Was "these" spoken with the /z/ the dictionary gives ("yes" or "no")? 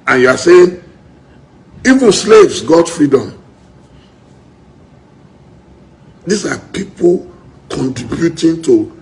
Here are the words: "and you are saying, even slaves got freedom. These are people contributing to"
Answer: no